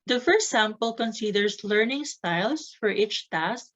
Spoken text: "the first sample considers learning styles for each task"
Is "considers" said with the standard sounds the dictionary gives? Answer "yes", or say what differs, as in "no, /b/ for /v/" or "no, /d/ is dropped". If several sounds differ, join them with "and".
no, /s/ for /z/